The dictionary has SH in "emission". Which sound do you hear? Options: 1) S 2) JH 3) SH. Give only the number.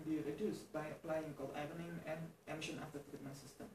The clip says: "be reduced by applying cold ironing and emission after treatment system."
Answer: 3